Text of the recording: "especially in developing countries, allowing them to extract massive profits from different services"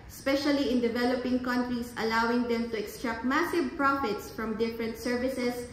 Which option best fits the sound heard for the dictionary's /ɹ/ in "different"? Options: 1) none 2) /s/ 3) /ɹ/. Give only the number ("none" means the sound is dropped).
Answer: 3